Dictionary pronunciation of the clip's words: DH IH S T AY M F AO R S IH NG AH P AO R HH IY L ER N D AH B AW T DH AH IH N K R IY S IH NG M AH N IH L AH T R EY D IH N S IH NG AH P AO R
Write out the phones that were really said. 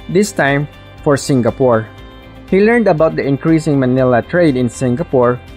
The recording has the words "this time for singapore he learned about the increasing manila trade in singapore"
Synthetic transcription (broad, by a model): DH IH S T AY M F AO R S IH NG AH P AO R HH IY L ER N D AH B AW T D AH IH N K R IY S IH NG M AH N IH L AH T R EY D IH N S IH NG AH P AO R